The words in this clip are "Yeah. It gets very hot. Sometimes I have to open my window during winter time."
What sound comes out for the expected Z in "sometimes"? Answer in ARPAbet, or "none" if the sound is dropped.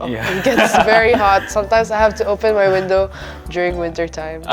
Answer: S